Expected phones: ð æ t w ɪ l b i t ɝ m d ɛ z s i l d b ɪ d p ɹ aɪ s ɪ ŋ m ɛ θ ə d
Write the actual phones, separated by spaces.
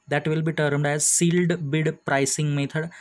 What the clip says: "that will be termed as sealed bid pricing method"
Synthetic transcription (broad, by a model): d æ t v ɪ l b i t ɝ m d ɛ z s i l d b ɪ d p ɹ aɪ s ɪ ŋ m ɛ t ə d